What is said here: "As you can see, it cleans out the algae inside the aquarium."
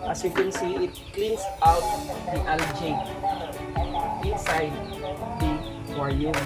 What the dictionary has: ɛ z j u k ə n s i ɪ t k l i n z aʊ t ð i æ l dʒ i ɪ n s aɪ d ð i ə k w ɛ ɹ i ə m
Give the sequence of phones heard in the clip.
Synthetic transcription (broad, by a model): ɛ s j u k ə n s i ɪ t k l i n s aʊ t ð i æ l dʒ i ɪ n s aɪ d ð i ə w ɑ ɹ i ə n